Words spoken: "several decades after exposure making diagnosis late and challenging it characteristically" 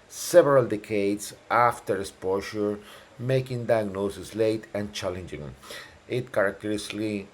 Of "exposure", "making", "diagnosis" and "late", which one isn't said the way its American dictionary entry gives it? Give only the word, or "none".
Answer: exposure